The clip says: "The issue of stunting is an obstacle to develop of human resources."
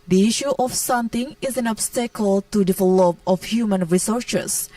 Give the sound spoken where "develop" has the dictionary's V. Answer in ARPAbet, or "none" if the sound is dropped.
F